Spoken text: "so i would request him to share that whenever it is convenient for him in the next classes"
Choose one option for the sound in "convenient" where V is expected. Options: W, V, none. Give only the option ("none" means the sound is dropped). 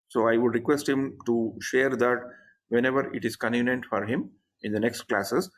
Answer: none